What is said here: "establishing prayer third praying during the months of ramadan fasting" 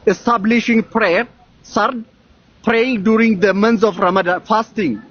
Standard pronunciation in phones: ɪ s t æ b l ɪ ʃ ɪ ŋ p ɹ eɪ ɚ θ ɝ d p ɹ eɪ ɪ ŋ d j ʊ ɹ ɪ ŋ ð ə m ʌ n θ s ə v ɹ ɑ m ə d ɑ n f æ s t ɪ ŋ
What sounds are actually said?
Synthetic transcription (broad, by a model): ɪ s t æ b l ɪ ʃ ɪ ŋ p ɹ eɪ ɚ s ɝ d p ɹ eɪ ɪ ŋ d j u ɹ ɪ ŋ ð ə m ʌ n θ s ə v ɹ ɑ m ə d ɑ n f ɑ s t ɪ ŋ